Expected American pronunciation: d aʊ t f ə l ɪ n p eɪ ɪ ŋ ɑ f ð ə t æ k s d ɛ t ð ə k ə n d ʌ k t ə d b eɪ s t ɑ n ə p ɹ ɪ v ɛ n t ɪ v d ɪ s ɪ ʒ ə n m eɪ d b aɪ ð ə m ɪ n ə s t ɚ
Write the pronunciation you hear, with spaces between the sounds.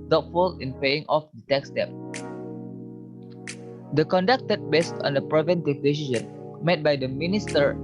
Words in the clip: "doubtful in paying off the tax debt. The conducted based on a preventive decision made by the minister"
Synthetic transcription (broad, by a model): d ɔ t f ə l ɪ n p eɪ ɪ ŋ ɑ f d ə t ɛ k s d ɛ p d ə k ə n d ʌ k t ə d b eɪ s t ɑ n ə p ɹ ɪ v ɛ n t ɪ v d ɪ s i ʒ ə n m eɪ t b aɪ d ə m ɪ n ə s t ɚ